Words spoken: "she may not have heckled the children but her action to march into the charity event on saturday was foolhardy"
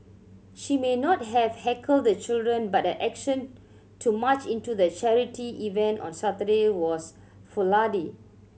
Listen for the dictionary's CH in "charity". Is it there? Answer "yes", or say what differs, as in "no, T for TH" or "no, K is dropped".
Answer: yes